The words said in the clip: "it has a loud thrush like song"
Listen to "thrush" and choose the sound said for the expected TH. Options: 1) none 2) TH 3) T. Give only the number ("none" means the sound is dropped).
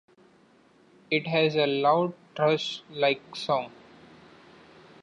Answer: 3